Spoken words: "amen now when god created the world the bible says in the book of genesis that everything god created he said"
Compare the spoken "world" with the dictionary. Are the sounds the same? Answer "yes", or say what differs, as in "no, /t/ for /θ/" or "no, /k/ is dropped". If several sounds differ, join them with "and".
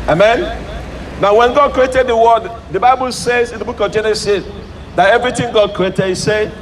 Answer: no, /l/ is dropped